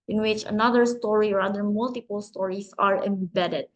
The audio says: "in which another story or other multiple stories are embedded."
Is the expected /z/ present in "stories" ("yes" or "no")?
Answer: no